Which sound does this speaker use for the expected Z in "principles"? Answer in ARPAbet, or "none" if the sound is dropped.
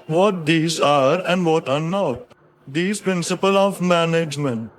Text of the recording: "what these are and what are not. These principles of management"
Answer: none